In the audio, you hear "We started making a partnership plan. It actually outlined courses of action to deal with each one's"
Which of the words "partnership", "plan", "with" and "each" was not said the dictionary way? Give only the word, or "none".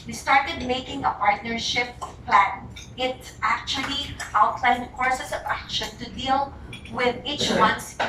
none